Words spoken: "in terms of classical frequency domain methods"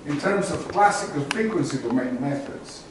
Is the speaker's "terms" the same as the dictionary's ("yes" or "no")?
yes